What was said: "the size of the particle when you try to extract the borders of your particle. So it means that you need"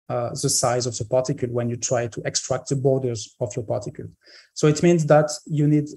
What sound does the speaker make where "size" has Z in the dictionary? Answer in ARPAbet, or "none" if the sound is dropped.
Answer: Z